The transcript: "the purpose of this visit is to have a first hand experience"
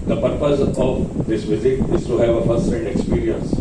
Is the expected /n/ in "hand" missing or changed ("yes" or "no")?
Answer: yes